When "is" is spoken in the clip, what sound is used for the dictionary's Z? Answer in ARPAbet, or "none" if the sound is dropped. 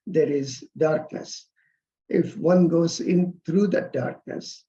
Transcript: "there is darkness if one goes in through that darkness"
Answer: Z